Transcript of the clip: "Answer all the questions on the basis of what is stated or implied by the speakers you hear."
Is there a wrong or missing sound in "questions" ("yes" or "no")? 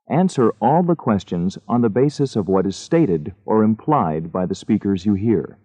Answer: no